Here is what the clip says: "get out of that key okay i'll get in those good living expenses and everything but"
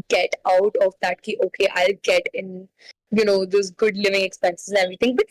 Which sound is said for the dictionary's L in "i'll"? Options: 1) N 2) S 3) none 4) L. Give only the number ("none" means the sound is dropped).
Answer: 4